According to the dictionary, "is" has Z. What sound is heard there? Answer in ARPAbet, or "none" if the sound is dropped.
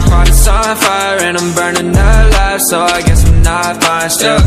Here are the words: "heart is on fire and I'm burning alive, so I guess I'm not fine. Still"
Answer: S